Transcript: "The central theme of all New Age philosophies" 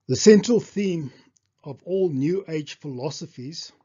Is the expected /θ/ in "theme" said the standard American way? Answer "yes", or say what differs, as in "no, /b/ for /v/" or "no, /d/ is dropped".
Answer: yes